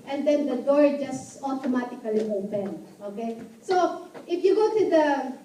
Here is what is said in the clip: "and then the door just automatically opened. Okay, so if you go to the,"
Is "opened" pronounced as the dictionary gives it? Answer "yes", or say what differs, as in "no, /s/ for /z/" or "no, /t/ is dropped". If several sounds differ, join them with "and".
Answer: no, /d/ is dropped